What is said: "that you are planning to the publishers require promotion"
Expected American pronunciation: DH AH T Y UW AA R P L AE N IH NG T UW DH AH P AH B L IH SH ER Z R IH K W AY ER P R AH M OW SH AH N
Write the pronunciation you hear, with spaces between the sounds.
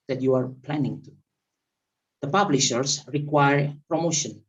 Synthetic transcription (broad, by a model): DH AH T Y UW AA R P L AE N IH NG T UW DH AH P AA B L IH SH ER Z R IH K W AY ER P R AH M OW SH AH N